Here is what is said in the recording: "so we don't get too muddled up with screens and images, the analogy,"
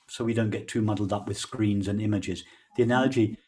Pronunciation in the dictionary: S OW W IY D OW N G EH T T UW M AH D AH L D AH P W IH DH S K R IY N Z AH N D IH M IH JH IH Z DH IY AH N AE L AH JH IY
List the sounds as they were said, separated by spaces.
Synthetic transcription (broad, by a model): S OW W IY D OW N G EH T T UW M AH D L D AH P W IH DH S K R IY N Z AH N IH M IH JH IH Z DH IY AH N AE L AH JH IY